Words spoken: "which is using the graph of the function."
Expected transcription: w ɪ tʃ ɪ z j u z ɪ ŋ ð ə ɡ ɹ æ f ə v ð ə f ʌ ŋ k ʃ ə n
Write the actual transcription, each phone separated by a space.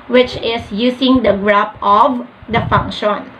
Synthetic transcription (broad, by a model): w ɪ tʃ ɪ s j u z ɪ ŋ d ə ɡ ɹ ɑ p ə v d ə f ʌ ŋ k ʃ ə n